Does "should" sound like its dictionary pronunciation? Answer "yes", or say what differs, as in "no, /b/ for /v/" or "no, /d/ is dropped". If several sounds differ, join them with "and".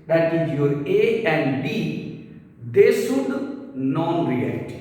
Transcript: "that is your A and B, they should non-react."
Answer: no, /s/ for /ʃ/